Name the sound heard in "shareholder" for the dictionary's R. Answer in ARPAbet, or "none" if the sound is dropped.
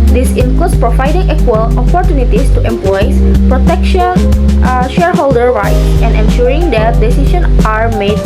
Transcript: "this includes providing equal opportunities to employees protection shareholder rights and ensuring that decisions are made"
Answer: R